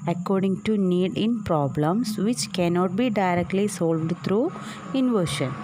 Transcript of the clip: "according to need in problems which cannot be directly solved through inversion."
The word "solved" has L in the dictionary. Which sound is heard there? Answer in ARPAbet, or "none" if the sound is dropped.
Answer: L